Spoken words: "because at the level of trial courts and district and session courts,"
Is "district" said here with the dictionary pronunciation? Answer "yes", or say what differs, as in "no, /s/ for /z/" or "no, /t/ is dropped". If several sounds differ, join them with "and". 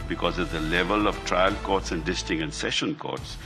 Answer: no, /ɹ/ is dropped